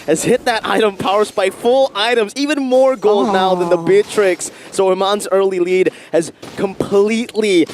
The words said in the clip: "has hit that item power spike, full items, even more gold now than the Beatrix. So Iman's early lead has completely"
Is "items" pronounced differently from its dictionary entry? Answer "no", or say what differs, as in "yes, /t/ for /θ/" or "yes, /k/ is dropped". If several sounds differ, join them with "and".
no